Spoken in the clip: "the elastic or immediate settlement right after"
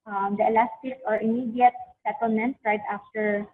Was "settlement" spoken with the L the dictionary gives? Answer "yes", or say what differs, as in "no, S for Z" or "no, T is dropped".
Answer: yes